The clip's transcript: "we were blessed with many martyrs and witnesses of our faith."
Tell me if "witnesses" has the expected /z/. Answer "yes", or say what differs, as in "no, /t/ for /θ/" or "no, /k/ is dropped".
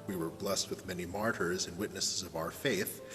yes